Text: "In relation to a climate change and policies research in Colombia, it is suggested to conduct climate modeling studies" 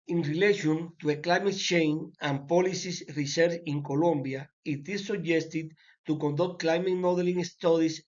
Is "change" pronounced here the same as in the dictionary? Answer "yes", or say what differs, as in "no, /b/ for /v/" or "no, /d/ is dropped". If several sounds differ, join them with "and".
no, /dʒ/ is dropped